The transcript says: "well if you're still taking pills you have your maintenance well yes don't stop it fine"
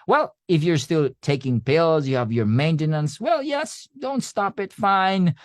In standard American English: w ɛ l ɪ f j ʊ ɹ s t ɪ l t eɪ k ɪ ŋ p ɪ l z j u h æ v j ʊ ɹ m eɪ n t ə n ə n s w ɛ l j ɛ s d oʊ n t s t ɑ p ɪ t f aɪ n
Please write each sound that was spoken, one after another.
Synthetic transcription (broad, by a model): w ɛ l ɪ f j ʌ ɹ s t ɪ l t eɪ k ɪ ŋ p ɪ l z j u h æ v j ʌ ɹ m eɪ n t ə n ə n s w ɛ l j ɛ s d oʊ n t s t ɑ p ɪ t f aɪ n